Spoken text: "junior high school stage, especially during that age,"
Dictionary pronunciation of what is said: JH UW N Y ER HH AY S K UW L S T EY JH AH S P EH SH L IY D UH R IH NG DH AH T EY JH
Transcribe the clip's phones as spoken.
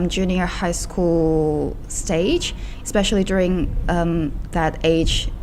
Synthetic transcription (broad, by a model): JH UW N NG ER HH AY S K UW L S T EY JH AH S P EH SH L IY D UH R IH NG DH AH T EY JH